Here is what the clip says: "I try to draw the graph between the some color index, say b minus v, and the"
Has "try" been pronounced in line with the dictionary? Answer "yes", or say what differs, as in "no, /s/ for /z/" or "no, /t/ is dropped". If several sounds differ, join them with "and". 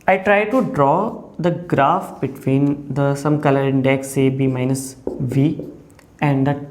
yes